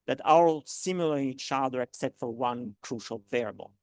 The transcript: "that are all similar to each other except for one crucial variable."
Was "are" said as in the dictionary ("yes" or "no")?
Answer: no